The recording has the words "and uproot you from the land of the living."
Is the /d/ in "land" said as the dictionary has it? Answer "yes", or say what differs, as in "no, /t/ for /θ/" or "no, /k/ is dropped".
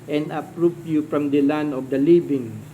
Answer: no, /d/ is dropped